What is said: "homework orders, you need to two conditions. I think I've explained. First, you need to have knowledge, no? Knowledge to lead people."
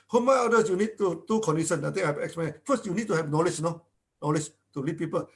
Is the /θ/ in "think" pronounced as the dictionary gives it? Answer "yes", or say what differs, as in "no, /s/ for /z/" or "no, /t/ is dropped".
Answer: no, /t/ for /θ/